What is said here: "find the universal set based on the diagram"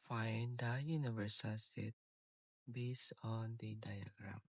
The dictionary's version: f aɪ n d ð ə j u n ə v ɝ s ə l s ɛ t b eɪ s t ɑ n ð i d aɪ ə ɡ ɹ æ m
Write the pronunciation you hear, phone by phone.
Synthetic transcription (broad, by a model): f aɪ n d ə j u n ə v ɝ s ə l s ɛ t b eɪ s ɑ n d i d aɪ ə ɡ ɹ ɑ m